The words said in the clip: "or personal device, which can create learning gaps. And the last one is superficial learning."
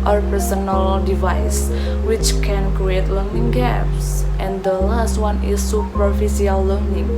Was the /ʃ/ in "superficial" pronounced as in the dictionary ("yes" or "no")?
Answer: no